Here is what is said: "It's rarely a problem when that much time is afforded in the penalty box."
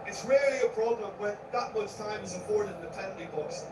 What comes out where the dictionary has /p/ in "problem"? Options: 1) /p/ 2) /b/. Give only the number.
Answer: 2